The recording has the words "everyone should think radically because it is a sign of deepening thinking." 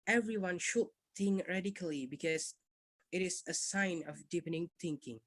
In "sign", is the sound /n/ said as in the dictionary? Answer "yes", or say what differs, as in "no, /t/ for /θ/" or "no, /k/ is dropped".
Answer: yes